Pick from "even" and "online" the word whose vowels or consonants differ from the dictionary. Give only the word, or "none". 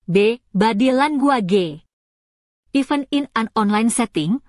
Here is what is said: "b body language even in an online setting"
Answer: even